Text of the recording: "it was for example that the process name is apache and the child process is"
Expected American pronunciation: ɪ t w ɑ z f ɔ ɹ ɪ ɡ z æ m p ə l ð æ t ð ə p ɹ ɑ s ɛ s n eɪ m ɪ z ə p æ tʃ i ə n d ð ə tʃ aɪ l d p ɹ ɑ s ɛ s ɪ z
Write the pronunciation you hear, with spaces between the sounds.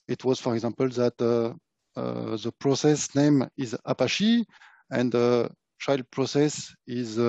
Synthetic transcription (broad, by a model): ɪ t w ɑ z f ɔ ɹ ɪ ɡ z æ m p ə l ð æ t ð ə p ɹ ɑ s ɛ s n eɪ m ɪ z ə p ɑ ʃ i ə n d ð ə tʃ aɪ l d p ɹ ɑ s ɛ s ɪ z